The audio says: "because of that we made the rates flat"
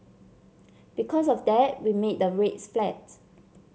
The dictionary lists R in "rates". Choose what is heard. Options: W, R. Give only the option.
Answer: R